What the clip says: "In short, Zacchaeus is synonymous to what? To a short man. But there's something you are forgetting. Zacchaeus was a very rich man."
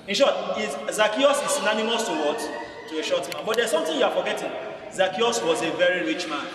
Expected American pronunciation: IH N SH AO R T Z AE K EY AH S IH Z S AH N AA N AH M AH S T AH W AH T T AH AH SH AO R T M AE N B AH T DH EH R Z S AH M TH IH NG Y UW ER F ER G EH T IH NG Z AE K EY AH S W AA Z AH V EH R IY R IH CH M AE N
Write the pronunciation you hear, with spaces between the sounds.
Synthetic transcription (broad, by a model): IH N SH AO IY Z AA K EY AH S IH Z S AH N AA N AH M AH S T AH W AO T T AH AH SH AO T M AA N B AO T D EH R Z S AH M T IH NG Y UW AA F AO G EH T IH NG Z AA K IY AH S W AA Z AH V EH R IY R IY CH M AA N